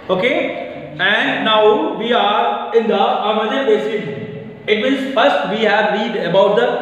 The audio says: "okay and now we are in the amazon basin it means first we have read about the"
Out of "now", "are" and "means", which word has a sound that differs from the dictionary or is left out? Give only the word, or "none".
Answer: means